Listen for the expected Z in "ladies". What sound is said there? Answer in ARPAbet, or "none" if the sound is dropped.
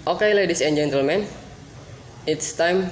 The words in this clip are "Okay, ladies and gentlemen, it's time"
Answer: S